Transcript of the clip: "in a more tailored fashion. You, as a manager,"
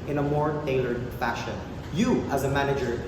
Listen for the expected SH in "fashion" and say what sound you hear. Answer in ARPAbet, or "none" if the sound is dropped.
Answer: SH